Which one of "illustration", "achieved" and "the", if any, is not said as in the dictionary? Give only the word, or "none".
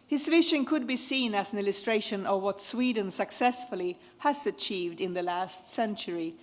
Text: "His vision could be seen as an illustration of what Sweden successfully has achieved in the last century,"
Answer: none